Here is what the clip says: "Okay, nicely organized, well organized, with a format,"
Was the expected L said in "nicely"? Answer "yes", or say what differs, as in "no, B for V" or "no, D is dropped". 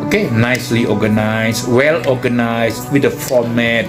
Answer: yes